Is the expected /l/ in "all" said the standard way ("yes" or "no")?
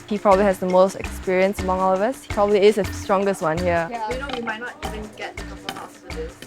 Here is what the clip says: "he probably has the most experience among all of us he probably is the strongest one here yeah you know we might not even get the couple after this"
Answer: yes